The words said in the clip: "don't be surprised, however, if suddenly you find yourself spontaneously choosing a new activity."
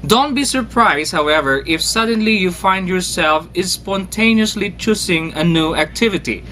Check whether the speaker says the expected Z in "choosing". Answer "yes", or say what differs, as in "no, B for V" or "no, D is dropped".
no, S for Z